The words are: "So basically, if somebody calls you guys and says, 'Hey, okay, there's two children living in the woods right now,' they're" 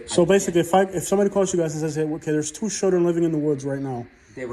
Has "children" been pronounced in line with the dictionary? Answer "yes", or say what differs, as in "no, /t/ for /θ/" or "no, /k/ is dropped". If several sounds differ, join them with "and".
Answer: no, /ʃ/ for /tʃ/